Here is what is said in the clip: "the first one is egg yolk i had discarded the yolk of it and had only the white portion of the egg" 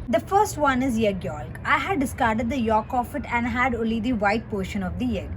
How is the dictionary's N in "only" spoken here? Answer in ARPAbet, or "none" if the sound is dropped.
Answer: none